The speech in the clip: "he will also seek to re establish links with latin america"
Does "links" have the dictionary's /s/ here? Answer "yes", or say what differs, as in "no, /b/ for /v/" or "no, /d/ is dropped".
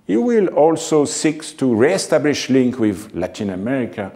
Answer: no, /s/ is dropped